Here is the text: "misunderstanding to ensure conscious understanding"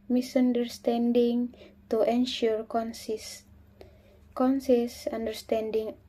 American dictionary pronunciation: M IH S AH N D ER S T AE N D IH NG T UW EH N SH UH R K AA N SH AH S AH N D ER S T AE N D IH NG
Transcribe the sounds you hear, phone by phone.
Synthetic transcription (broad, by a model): M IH S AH N D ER S T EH N D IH NG T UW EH N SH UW R K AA N S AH S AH N D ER S T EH N D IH NG